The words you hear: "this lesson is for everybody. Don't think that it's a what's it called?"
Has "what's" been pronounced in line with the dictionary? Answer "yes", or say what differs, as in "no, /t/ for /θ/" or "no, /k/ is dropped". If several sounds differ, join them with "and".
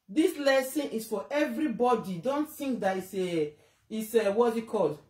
no, /s/ is dropped